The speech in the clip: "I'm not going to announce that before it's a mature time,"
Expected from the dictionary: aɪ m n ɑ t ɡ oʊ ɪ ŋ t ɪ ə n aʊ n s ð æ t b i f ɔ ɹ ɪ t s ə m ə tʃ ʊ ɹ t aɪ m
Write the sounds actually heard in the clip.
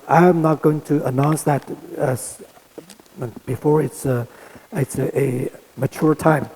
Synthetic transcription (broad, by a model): aɪ m n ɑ t ɡ oʊ ɪ ŋ t ɪ ə n aʊ n s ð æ t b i f ɔ ɹ ɪ t s ə m ə tʃ ʊ ɹ t aɪ m